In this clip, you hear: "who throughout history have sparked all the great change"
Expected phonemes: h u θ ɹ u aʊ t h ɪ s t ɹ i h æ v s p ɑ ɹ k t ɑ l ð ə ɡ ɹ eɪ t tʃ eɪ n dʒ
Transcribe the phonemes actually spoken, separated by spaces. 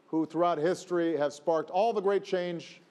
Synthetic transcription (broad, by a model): h u θ ɹ u aʊ t h ɪ s t ɹ i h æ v s p ɑ ɹ k t ɑ l ð ə ɡ ɹ eɪ t tʃ eɪ n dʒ